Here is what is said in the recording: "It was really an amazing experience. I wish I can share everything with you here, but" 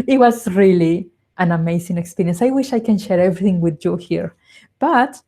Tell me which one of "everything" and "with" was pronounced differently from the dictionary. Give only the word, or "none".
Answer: none